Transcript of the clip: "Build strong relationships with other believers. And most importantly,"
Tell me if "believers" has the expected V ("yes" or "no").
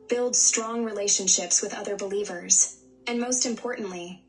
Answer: yes